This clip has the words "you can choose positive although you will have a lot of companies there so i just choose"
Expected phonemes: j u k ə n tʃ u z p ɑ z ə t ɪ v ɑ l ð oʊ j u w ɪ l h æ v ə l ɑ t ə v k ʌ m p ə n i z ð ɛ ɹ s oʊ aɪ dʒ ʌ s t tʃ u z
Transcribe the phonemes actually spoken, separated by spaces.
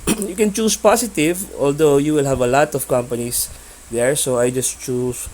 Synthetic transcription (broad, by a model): j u k ə n tʃ u s p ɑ s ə t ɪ v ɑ l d oʊ j u w ɪ l h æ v ə l ɑ t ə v k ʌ m p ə n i s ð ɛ ɹ s oʊ aɪ dʒ ʌ s t tʃ u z